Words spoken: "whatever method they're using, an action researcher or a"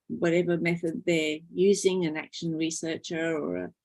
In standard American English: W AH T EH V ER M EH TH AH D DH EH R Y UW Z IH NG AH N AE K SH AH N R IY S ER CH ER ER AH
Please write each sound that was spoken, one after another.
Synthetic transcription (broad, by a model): W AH T EH V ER M EH TH AH D DH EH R Y UW Z IH NG AH N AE K SH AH N R IY S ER CH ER ER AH